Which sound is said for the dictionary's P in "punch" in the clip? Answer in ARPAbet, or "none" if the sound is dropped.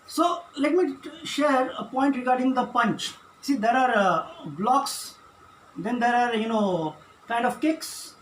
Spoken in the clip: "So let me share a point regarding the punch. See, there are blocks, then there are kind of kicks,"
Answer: P